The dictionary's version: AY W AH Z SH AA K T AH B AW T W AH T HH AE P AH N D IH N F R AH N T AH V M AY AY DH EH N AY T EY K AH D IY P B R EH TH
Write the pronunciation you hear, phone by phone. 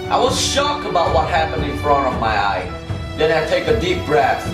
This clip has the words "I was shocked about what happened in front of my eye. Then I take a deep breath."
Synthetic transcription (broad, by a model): AY W AH Z SH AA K AH B AW T W AH T HH AE P AH N D IH N F R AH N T AH V M AY AY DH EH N AY T EY K AH D IY P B R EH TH